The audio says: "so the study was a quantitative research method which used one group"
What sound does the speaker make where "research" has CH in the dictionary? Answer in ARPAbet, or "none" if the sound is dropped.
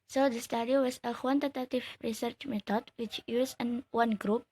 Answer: CH